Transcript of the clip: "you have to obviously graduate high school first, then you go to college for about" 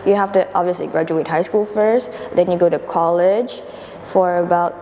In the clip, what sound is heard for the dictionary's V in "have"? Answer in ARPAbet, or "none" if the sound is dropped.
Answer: F